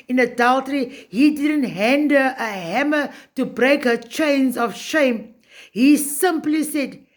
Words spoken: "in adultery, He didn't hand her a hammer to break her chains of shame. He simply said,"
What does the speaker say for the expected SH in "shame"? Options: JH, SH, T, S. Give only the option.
SH